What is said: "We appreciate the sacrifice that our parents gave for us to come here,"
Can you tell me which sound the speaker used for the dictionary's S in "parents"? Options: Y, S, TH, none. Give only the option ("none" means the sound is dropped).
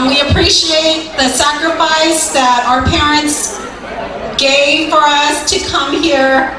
S